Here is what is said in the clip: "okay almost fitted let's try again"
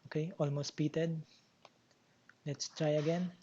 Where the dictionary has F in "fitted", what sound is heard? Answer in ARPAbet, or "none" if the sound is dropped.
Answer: P